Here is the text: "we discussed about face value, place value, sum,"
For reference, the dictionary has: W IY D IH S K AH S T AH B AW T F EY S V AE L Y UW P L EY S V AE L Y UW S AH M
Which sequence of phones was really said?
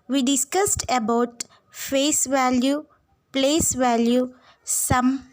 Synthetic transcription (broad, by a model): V IY D IH S K AH S T AH B AW T F EY S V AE L Y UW P L EY S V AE L Y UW S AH M